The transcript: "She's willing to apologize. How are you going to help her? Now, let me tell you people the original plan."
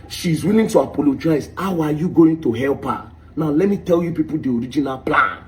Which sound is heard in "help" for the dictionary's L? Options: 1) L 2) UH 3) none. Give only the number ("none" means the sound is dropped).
1